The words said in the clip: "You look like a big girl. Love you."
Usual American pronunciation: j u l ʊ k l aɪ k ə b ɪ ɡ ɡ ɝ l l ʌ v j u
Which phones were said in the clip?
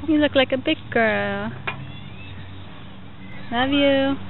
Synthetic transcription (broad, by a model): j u l ʊ k l aɪ k ə b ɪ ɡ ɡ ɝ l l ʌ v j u